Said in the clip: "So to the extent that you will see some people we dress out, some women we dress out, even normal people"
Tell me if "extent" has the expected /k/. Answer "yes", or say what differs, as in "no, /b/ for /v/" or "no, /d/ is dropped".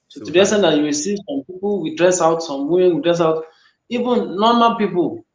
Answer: no, /k/ is dropped